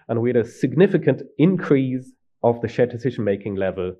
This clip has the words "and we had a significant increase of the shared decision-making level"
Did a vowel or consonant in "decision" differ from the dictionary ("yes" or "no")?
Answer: no